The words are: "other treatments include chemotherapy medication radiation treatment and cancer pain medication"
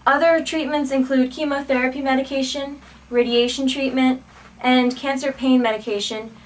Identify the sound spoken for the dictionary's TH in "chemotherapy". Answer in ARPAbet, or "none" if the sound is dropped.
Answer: TH